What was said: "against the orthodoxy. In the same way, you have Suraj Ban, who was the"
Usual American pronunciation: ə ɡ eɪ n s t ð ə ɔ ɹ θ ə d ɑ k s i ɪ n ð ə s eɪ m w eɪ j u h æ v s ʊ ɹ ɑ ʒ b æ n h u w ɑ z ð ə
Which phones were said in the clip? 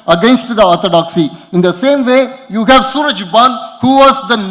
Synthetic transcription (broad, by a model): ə ɡ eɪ n s t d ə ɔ ɹ t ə d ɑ k s i ɪ n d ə s eɪ m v eɪ j u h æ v s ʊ ɹ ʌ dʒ b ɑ n h u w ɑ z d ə